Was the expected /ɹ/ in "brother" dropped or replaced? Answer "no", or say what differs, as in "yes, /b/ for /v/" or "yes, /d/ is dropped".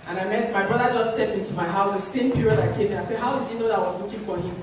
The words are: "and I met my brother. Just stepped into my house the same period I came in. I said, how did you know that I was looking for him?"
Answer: no